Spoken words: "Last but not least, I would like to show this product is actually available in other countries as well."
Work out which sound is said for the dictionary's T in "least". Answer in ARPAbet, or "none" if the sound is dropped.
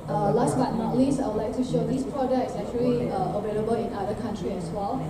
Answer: none